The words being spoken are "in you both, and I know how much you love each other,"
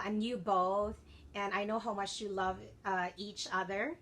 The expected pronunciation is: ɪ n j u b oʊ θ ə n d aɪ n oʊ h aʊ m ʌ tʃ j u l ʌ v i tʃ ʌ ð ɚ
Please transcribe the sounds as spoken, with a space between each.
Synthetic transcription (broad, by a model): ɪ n j u b oʊ θ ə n aɪ n oʊ h aʊ m ʌ tʃ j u l ʌ v i tʃ ʌ ð ɚ